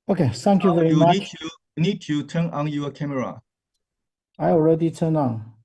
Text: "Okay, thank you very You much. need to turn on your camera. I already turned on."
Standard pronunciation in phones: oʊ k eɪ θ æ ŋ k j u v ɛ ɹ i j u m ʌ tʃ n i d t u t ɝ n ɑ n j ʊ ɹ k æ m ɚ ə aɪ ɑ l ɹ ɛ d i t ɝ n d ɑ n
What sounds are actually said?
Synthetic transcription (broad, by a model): oʊ k eɪ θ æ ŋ k j u v ɛ ɹ i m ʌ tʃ n i d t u t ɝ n ɑ n j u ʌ k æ m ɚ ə aɪ ɑ l ɹ ɛ d i t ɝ n ɑ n